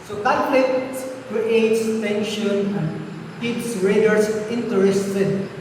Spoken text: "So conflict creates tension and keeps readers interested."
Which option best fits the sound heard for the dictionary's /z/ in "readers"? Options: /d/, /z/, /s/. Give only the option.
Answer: /s/